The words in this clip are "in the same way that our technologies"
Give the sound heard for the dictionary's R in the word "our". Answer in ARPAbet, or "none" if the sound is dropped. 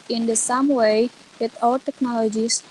L